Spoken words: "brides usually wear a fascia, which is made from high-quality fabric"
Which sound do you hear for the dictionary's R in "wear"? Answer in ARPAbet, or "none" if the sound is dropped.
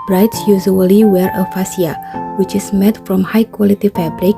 R